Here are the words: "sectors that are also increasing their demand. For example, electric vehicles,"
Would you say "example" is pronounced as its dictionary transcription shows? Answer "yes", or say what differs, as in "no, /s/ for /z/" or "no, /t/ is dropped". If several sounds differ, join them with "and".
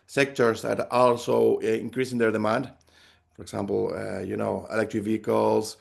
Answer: no, /n/ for /l/